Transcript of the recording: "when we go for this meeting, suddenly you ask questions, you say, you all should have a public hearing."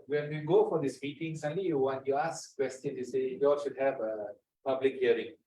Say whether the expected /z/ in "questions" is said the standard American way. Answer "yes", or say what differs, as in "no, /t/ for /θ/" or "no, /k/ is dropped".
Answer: no, /z/ is dropped